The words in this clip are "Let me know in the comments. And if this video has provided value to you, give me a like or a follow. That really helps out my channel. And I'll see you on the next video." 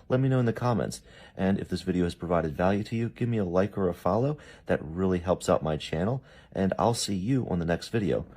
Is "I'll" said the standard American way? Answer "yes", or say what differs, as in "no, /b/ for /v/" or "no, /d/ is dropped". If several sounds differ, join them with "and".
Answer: yes